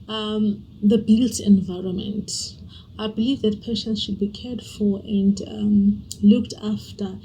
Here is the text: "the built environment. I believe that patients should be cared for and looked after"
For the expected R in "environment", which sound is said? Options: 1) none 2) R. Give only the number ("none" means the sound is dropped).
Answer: 2